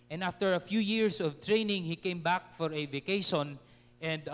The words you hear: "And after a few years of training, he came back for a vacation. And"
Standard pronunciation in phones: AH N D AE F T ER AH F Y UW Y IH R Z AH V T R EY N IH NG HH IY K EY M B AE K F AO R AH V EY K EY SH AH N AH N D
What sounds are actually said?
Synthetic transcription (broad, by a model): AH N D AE F T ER AH F Y UW Y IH R S AH V T R EY N IH NG HH IY K EY M B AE K F AO R AH V EY K EY SH AH N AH N D